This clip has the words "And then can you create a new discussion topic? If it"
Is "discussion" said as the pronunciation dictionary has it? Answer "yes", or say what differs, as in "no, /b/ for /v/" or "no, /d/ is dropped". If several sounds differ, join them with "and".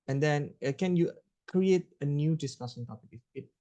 no, /s/ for /ʃ/